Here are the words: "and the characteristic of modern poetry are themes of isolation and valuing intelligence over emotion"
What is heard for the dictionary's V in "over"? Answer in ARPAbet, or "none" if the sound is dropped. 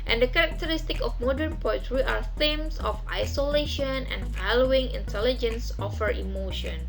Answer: F